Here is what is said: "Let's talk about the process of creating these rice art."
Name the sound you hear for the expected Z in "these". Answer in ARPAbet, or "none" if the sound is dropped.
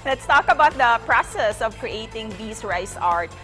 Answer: S